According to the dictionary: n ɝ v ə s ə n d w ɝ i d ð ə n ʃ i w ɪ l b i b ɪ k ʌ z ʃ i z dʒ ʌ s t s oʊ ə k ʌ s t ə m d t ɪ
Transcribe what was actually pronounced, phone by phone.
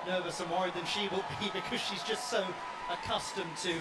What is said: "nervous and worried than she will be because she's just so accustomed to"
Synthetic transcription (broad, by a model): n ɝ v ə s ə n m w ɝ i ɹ ð ə n ʃ i w ɪ l b i b ɪ k ʌ z ʃ i z dʒ ʌ s t s oʊ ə k ʌ s t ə m t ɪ